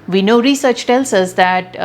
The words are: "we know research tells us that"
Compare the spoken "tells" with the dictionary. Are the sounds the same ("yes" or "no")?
no